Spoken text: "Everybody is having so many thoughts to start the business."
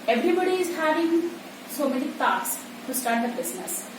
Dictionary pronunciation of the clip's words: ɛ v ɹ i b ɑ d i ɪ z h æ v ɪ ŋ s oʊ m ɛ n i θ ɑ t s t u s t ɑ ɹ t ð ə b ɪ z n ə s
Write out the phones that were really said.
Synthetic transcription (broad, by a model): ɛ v ɹ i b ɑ d i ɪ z h æ v ɪ ŋ s oʊ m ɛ l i t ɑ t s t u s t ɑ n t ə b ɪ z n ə s